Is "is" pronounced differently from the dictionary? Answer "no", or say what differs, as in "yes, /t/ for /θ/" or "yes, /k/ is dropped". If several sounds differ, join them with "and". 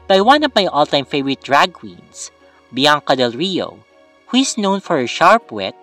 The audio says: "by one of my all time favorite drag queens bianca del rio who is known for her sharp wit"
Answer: yes, /s/ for /z/